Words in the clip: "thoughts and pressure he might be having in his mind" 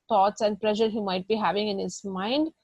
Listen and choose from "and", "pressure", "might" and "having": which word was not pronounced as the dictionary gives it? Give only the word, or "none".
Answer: pressure